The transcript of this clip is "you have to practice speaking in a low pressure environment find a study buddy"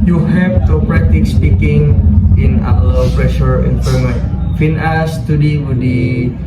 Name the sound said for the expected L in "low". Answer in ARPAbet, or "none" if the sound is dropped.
W